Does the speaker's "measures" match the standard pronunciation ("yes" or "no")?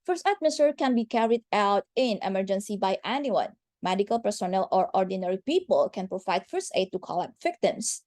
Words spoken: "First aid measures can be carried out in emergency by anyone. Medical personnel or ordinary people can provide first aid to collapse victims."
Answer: no